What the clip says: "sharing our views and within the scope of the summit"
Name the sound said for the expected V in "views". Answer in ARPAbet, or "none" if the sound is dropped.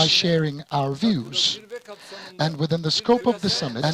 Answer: V